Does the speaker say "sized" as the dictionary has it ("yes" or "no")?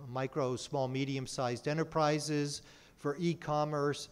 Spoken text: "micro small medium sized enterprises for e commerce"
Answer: yes